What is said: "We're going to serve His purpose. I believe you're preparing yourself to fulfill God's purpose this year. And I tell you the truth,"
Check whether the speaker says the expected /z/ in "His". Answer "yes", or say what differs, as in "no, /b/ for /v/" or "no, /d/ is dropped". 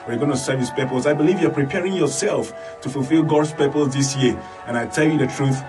no, /s/ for /z/